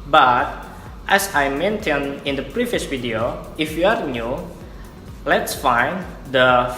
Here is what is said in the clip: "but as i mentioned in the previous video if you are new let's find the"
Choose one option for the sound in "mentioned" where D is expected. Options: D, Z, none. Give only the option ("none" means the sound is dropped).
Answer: none